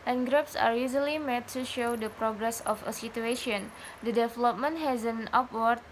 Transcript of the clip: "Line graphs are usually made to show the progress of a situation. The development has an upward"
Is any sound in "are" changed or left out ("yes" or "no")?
no